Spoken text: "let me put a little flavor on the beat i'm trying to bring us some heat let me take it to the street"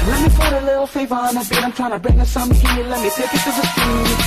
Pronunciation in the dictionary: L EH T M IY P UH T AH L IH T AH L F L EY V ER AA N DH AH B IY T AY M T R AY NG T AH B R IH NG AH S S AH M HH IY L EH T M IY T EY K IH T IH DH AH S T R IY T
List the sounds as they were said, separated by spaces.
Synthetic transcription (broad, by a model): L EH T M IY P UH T AH L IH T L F EY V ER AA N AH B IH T AY M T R AY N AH B R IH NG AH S S AH M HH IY L EH T M IY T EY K IH T IH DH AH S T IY